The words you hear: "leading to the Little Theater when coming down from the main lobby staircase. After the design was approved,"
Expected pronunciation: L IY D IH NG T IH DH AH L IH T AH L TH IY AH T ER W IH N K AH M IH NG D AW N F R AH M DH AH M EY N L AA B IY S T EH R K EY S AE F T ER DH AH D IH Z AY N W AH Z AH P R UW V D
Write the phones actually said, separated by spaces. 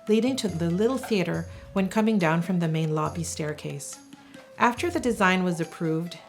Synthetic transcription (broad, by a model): L IY D IH NG T IH DH AH L IH T L TH IY AH T ER W IH N K AH M IH NG D AW N F R AH M DH AH M EY N L AA B IY S T EH R K EY S AE F T ER DH AH D IH Z AY N W AH Z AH P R UW V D